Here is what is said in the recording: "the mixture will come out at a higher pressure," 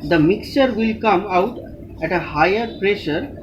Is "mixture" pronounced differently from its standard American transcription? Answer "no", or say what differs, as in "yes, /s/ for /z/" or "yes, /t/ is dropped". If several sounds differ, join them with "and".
no